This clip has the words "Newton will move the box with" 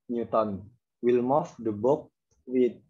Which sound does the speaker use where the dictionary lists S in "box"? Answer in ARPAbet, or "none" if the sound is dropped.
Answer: none